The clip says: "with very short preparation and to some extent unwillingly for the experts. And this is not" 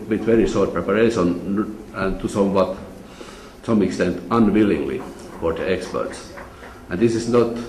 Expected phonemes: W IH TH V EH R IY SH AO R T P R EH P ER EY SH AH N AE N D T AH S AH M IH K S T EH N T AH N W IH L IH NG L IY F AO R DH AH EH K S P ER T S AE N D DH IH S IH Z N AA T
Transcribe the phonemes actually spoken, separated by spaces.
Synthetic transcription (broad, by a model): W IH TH V EH R IY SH AO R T P R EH P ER EY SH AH N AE N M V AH S AH M IH K S T EH N T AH N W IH L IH NG L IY F AO R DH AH EH K S P ER T S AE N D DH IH S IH S N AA T